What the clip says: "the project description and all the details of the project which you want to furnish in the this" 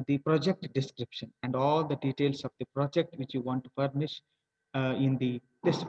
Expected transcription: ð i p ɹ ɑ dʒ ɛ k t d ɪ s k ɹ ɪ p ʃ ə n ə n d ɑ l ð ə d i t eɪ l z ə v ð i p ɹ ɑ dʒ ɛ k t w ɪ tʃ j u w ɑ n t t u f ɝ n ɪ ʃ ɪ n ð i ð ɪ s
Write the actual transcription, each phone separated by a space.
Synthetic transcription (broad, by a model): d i p ɹ ɑ dʒ ɛ k t d ɪ s k ɹ ɪ p ʃ ə n ə n d ɑ l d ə d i t eɪ l s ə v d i p ɹ ɑ dʒ ɛ k t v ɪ tʃ j u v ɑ n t t u p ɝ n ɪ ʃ ɪ n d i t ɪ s